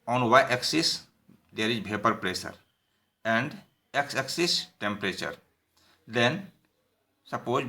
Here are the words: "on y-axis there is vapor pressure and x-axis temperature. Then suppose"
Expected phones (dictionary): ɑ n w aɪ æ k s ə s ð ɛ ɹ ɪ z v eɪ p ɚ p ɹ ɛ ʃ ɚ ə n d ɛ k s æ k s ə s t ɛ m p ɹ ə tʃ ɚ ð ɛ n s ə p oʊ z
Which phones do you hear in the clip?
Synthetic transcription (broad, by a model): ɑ n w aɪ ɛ k s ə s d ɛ ɹ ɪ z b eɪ p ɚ p ɹ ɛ s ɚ ə n d ɛ k s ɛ k s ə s t ɛ m p ɹ ə tʃ ɚ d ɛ n s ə p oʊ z